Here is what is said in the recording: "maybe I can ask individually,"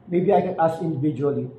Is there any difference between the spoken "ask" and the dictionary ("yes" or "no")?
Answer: yes